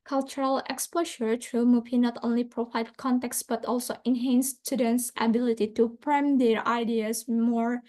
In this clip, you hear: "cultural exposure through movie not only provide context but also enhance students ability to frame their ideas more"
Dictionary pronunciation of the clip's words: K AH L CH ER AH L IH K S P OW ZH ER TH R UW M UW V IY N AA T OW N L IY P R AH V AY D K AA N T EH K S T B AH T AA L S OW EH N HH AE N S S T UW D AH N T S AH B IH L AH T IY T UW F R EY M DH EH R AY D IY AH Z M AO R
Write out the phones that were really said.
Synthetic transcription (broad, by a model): K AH L CH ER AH L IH K S P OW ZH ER T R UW M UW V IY N AA T OW N L IY P R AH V AY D K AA N T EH K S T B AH T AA L S OW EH N HH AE N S S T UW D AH N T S AH B IH L AH T IY T UW P R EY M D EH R AY D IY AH S M AO R